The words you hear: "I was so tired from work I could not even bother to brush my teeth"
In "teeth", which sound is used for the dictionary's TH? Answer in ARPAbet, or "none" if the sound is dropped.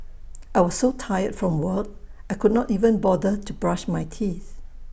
TH